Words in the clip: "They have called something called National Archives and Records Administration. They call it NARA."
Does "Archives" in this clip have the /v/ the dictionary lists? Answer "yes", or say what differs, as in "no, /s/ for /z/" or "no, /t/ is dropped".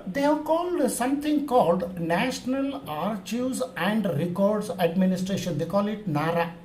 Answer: no, /v/ is dropped